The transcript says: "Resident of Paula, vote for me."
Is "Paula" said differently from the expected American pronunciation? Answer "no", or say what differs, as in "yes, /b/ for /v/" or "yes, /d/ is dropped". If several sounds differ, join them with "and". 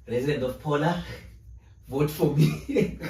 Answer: no